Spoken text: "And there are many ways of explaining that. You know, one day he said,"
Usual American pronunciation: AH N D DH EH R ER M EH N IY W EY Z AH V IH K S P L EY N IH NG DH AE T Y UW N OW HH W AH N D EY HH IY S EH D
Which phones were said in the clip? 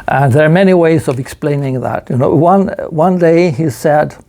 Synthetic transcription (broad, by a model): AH N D DH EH R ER M EH N IY W EY Z AH V IH K S P L EY N IH NG DH AE T Y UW N OW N W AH N D EY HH IY S EH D